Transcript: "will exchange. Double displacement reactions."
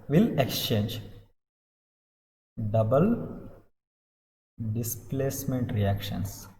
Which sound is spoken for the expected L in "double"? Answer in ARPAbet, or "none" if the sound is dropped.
L